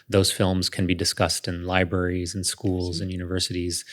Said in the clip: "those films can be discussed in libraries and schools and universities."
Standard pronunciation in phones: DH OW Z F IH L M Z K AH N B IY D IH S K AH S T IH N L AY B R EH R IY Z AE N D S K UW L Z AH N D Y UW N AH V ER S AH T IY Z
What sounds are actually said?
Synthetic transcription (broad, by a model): DH OW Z F IH L M Z K AH N B IY D IH S K AH S T IH N L AY B R EH R IY Z N S K UW L Z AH N Y UW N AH V ER S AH T IY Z